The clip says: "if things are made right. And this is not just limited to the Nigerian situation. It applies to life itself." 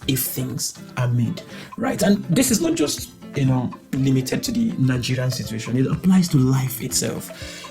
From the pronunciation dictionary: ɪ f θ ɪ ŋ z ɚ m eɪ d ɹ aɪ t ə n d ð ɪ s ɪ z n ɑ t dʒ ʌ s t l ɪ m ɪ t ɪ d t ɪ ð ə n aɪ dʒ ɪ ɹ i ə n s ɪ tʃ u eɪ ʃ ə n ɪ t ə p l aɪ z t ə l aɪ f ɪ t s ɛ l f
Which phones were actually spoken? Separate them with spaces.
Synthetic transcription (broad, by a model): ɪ f θ ɪ ŋ z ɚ m eɪ d ɹ aɪ t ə n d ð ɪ s ɪ z n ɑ t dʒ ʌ s t l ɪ m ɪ t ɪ d t ɪ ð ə n aɪ dʒ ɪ ɹ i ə n s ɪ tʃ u eɪ ʃ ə n ɪ t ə p l aɪ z t ə l aɪ f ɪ t s ɛ l f